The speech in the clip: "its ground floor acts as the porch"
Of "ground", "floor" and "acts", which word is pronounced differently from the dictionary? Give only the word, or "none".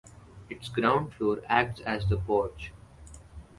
floor